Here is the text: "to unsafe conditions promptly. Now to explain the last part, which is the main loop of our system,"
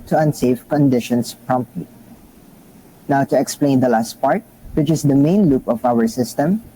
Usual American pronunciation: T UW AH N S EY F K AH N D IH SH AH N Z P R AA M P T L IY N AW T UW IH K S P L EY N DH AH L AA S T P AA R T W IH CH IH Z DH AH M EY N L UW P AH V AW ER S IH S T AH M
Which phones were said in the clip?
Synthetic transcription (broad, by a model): T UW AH N S EY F K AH N D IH SH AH N S P R AA M P T L IY N AW T UW IH K S P L EY N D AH L AA S T P AA R T W IH CH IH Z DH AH M EY N L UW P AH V AW ER S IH S T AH M